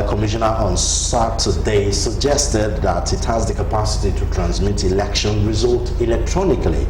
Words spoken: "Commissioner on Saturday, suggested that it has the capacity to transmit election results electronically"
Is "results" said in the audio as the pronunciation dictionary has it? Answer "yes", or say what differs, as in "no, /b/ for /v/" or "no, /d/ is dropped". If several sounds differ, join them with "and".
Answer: no, /s/ is dropped